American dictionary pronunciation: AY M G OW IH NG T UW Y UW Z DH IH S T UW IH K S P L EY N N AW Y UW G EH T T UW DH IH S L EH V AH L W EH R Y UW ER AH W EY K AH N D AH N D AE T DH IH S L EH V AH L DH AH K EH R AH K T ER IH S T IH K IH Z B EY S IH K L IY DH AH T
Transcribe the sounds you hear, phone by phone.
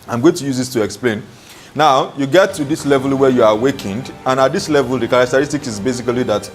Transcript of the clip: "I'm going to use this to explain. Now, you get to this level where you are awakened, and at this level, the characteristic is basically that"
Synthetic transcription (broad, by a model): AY M G OW IH NG T UW Y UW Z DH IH S T UW IH K S P L EY N N AW Y UW G EH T T UW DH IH S L EH V AH L W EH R Y UW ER AH W EY K AH N D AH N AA T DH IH S L EH V AH L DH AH K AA R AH K T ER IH S T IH K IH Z B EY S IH K L IY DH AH T